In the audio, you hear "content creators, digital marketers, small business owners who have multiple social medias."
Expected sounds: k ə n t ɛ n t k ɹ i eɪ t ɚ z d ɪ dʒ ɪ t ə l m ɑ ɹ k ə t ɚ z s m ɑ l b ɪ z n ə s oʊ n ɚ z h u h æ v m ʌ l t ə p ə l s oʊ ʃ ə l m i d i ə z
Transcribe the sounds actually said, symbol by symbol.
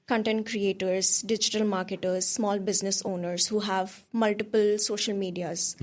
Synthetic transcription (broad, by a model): k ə n t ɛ n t k ɹ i eɪ t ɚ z d ɪ dʒ ɪ t ə l m ɑ ɹ k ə t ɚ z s m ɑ l b ɪ z n ə s oʊ n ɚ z h u h æ v m ʌ l t ə p ə l s oʊ ʃ ə l m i d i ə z